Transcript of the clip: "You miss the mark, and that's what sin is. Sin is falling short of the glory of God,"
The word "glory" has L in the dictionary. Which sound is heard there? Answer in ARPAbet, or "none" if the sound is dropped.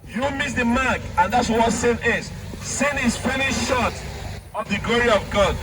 L